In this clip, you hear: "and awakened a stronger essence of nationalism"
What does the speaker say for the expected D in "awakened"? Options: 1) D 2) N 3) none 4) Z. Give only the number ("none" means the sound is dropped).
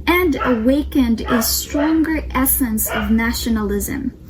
1